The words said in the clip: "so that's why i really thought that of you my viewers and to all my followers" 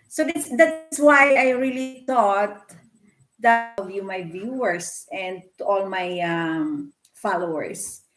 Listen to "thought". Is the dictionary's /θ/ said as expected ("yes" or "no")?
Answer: no